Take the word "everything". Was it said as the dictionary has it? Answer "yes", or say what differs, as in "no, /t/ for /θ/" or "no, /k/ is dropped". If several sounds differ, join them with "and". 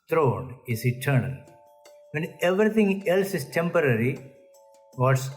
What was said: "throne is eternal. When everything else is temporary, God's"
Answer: no, /t/ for /θ/